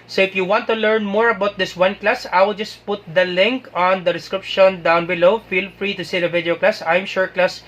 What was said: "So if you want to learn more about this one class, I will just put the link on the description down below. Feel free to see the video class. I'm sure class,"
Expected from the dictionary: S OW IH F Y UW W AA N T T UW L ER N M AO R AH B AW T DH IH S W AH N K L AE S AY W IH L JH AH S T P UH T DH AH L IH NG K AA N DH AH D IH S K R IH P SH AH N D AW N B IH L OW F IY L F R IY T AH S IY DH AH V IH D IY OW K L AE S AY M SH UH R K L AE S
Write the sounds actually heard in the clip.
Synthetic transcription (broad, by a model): S OW IH F Y UW W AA N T T UW L ER N M AO R AH B AW T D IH S W AH N K L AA S AY W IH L JH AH S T P UH T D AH L IH NG K AA N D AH D IH S K R IH P SH AH N D AW N B IH L OW F IY L F R IY T AH S IY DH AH V IH D IY OW K L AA S AY M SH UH R K L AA S